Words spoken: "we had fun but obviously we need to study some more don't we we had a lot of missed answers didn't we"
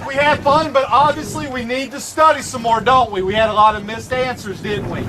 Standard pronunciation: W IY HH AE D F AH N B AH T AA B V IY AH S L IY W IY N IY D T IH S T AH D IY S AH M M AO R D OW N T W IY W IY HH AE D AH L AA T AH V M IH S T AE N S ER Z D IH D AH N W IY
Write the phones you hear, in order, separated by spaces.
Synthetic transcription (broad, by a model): W IY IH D F AH N B AH T AA B V IY AH S L IY W IY N IY D T IH S T AH D IY S AH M M AO R D OW N T W IY W IY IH D AH L AA T AH V M IH S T AE N S ER Z D IH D N W IY